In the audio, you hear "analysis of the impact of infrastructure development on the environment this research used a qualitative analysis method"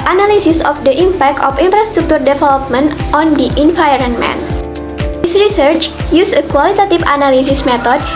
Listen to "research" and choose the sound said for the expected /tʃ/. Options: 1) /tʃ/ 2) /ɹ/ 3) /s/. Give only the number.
1